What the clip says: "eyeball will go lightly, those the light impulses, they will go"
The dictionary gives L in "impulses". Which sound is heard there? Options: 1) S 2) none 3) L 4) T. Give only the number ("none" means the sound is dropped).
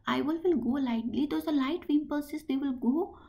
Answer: 2